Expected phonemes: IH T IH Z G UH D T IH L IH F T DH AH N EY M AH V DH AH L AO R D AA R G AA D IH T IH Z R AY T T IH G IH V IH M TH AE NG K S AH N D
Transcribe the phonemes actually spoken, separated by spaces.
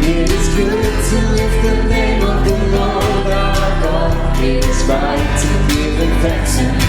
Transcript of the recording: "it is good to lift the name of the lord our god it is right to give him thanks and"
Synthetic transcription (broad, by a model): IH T IH Z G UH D T IH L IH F DH AH N EY M AH V DH AH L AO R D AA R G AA IH T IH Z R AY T T IH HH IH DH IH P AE K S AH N